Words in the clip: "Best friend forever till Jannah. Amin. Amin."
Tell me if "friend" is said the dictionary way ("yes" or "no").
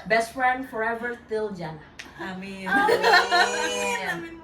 yes